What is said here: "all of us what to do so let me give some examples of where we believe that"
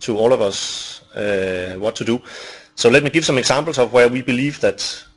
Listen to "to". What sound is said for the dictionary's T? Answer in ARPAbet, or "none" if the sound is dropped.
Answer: T